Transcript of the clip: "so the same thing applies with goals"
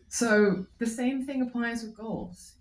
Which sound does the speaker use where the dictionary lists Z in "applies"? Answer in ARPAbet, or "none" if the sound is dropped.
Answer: Z